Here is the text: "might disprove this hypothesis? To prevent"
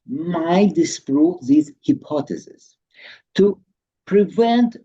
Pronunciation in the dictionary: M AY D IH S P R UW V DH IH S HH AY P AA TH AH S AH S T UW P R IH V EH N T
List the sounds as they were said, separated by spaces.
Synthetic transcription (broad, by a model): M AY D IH S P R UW P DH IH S HH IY P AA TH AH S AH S T UW P R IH V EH N T